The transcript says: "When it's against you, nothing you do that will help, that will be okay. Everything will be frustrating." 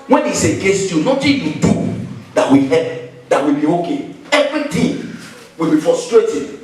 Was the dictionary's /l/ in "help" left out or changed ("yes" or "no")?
yes